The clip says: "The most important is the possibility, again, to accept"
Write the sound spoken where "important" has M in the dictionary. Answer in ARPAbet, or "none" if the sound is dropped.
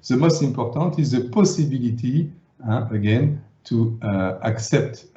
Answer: none